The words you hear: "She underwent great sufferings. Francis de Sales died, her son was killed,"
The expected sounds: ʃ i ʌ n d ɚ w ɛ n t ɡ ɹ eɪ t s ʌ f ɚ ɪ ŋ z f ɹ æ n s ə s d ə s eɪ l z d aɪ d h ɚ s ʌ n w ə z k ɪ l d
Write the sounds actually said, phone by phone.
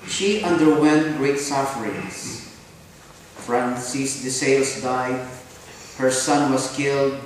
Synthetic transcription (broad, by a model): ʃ i ʌ n d ɚ w ɛ n t ɡ ɹ eɪ t s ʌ f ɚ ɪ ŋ s f ɹ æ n s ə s d ə s eɪ l s d aɪ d h ɚ s ʌ n w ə s k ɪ l d